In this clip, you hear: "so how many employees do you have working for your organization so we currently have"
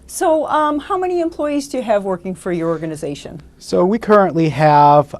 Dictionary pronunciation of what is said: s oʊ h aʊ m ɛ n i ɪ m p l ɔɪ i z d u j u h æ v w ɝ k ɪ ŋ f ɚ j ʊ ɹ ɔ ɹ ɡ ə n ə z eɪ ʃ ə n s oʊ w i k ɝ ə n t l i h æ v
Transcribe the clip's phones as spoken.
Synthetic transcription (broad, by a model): s oʊ h aʊ m ɛ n i ɪ m p l ɔɪ i z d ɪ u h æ v w ɝ k ɪ ŋ f ɚ j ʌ ɹ ɔ ɹ ɡ ə n ə z eɪ ʃ ə n s oʊ w i k ɝ ə n t l i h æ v